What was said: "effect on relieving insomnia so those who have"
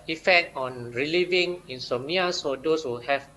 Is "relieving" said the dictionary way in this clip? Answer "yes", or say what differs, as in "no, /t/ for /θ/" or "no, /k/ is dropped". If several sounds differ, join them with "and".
yes